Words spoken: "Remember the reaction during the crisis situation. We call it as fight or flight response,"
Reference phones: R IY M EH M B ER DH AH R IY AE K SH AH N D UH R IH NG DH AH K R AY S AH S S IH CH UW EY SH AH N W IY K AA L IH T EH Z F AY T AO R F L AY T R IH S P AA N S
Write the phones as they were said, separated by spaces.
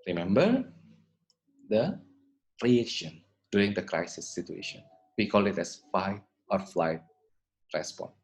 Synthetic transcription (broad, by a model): R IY M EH M B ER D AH R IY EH SH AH N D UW R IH NG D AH K R AY S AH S S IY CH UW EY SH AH N W IY K AA L IH T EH S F AY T AO R F L AY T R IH S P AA N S